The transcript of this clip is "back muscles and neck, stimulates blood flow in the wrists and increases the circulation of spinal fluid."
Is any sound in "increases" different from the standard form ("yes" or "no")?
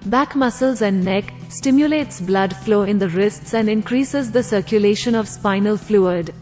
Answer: no